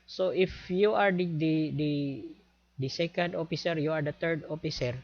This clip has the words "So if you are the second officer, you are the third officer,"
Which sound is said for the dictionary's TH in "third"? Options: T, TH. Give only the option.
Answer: T